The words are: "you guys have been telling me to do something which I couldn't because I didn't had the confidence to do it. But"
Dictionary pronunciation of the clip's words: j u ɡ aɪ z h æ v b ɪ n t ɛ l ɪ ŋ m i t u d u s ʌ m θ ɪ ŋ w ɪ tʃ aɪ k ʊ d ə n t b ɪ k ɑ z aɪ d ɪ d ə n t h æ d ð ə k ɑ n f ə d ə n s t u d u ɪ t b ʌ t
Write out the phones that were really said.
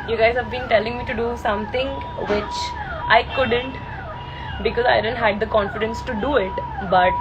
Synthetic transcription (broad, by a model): j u ɡ aɪ z h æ v b ɪ n t ɛ l ɪ ŋ m i t u d u s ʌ m t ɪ ŋ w ɪ tʃ aɪ k ʊ d ə n t b ɪ k ɑ z aɪ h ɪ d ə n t h æ d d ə k ɑ n f ə d ə n s t u d u ɪ t b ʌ t